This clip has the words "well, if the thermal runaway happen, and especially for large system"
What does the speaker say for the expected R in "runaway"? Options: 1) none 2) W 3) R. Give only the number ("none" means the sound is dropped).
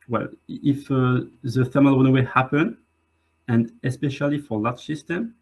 2